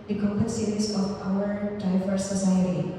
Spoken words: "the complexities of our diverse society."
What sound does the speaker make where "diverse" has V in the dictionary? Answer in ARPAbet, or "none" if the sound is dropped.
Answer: F